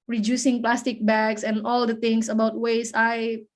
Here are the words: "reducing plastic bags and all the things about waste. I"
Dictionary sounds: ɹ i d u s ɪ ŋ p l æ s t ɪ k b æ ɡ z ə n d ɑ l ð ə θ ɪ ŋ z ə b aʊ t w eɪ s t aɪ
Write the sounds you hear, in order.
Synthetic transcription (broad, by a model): ɹ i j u s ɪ ŋ p l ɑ s t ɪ k b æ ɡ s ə n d ɑ l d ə t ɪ ŋ s ə b aʊ t w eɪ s aɪ